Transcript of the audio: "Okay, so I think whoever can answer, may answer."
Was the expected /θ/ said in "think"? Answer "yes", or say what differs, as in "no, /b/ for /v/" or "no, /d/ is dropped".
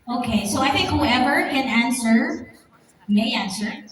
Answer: yes